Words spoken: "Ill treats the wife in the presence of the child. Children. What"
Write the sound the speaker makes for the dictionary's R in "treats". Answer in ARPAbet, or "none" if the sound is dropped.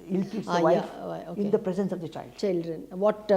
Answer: none